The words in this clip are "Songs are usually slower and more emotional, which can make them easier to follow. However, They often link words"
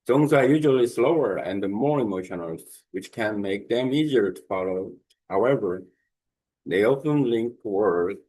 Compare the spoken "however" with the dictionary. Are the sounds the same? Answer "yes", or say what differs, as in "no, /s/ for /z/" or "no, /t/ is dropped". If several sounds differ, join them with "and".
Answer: yes